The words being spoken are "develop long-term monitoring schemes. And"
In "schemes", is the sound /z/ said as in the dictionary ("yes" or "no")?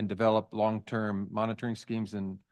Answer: yes